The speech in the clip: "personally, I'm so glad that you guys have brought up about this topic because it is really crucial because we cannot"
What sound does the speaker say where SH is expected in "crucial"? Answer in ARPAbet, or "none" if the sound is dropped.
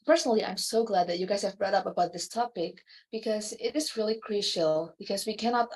SH